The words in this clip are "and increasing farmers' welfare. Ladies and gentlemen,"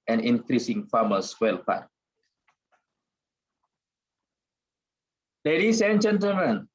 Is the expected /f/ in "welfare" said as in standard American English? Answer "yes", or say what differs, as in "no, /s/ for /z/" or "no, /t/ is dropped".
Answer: no, /p/ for /f/